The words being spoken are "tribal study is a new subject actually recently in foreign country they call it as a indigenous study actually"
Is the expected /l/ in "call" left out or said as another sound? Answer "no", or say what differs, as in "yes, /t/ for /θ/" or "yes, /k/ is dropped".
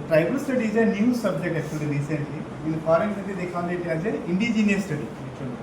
yes, /n/ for /l/